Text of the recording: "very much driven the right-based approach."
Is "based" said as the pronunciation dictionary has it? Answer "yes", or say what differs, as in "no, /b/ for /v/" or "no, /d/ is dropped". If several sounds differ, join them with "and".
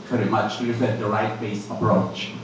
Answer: no, /t/ is dropped